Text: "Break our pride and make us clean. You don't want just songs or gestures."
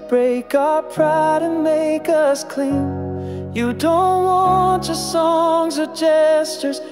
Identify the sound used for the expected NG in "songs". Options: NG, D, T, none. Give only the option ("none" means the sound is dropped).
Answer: NG